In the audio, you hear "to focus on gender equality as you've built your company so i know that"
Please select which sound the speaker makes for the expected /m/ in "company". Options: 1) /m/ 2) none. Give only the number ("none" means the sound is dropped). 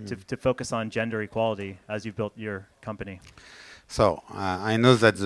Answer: 1